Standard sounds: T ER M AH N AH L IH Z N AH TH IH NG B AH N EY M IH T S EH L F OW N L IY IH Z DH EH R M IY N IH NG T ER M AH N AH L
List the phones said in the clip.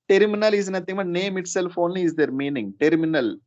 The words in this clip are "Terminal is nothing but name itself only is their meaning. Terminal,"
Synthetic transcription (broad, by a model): T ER M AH N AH L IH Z N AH T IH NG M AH N EY M IH T S EH L F OW N L IY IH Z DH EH R M IY N IH NG T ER M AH N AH L